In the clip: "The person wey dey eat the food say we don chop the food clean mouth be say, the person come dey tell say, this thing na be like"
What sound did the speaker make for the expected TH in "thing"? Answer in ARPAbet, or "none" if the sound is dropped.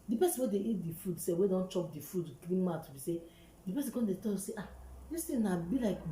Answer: T